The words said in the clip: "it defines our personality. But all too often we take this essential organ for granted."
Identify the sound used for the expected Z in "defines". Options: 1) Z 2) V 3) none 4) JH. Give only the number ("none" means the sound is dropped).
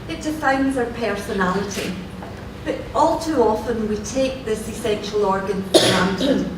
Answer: 1